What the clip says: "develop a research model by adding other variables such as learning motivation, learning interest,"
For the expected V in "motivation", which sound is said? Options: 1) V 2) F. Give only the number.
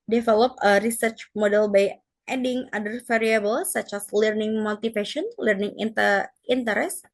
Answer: 2